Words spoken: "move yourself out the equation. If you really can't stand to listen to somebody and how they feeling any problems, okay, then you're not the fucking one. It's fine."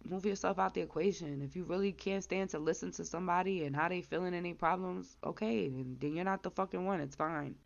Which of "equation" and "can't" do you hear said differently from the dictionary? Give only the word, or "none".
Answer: none